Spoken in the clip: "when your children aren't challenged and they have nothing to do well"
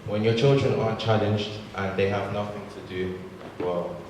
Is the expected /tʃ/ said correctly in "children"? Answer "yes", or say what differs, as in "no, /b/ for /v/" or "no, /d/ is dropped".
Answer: yes